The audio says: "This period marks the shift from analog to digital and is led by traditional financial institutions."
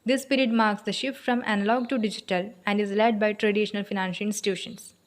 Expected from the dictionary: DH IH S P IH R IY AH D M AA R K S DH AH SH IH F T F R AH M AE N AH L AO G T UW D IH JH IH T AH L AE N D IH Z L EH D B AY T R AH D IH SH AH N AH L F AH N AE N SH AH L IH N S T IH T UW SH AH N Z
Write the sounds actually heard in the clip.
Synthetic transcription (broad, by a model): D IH S P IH R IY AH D M AA R K S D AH SH IH F T F R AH M AE N AH L AO G T UW D IH JH IH T AH L AE N D IH Z L EH D B AY T R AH D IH SH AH N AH L F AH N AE N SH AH L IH N S T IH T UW SH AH N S